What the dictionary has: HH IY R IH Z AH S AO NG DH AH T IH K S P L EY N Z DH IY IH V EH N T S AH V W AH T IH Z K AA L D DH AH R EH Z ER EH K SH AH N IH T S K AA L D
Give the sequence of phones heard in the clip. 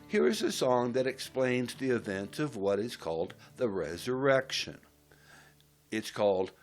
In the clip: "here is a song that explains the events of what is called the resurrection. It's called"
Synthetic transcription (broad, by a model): HH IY R IH Z AH S AO NG DH AH T IH K S P L EY N Z DH IY IH V EH N T S AH V W AH T IH Z K AA L D DH AH R EH Z ER EH K SH AH N IH T S K AA L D